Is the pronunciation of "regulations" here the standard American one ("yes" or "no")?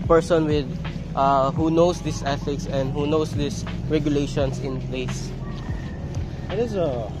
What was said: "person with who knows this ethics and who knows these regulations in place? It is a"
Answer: no